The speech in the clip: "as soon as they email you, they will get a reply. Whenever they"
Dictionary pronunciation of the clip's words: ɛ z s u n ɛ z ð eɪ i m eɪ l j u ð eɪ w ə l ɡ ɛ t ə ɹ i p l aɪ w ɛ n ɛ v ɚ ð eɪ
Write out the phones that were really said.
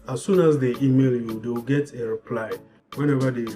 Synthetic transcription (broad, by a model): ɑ s u n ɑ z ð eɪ i m eɪ l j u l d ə w ɡ ɛ t ə ɹ i p l aɪ w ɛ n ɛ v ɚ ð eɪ